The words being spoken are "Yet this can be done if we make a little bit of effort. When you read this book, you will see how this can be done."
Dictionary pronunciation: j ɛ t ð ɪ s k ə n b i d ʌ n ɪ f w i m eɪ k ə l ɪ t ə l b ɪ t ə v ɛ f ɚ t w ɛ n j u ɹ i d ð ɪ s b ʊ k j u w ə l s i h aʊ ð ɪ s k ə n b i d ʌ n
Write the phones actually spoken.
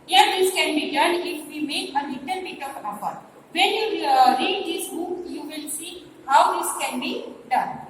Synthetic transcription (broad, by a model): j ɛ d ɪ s k ə n b i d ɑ n ɪ f w i m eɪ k ə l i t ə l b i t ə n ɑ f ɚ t w ɛ n j u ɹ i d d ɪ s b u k j u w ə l s i h aʊ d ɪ s k ə n b i d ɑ n